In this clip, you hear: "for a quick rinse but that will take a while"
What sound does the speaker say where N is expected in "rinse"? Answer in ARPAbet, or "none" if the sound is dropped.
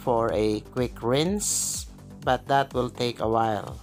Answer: N